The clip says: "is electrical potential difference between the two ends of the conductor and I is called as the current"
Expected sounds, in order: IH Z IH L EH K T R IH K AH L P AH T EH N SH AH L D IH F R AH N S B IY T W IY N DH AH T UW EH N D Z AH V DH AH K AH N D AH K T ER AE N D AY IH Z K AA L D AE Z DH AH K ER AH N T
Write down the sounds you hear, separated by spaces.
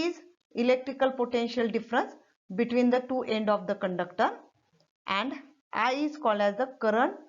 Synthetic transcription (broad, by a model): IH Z IH L EH K T R IH K AH L P AH T EH N SH AH L D IH F R AH N S B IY T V IY N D AH T UW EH N D AH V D AH K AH N D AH K T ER AE N D AY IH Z K AA L D AE Z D AH K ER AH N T